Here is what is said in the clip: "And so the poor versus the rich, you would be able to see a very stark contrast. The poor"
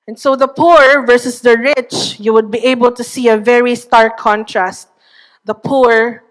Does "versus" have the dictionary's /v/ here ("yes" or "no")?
yes